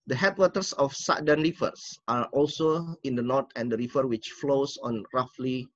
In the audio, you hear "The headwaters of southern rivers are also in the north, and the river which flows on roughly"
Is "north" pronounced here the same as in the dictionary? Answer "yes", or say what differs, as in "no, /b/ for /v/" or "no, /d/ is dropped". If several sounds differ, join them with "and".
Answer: no, /t/ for /θ/